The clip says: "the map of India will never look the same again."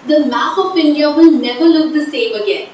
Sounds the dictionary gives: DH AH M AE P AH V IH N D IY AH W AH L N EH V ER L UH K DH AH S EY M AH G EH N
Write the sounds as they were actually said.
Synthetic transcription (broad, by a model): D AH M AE F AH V IH N D IY AH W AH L N EH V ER L UH K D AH S EY M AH G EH N